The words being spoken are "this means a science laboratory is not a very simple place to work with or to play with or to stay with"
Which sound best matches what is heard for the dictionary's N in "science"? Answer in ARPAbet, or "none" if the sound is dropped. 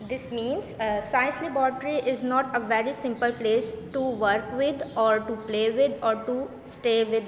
none